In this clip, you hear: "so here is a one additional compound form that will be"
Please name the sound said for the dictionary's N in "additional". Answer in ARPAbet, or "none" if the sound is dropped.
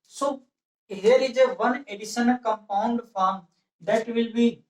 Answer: none